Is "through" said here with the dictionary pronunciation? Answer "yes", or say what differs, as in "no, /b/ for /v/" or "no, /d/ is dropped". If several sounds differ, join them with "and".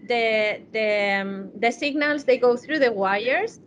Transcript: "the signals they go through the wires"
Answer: yes